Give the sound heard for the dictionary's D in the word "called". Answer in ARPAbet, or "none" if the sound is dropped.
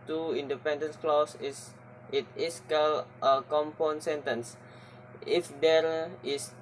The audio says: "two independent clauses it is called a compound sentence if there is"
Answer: none